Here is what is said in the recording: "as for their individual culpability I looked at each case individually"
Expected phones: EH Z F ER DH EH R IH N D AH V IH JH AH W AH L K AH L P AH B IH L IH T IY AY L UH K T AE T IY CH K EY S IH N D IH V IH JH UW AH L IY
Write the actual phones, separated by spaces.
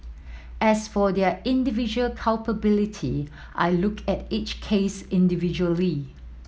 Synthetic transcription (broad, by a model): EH S F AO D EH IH N D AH V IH JH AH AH L K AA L P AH B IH L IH T IY AY L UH K EH T IY CH K EY S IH N D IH V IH JH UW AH L IY